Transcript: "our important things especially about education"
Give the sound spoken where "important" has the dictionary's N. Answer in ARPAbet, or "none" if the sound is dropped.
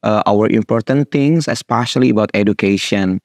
N